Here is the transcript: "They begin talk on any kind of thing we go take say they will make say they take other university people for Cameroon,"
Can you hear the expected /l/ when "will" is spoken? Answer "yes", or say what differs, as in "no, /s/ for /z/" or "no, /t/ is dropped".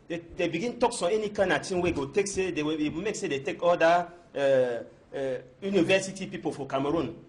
no, /w/ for /l/